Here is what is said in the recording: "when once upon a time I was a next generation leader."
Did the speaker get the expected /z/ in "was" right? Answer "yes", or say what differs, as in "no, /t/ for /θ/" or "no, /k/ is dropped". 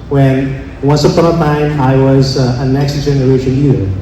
yes